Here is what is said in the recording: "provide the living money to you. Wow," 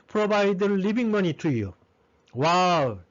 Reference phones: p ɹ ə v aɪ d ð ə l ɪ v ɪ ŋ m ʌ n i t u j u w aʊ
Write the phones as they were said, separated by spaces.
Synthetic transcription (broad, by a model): p ɹ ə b aɪ d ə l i b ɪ ŋ m ʌ n i t u j u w aʊ